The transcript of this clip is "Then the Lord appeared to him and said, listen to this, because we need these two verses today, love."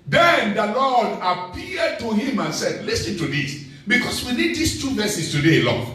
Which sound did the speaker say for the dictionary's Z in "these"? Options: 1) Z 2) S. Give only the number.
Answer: 2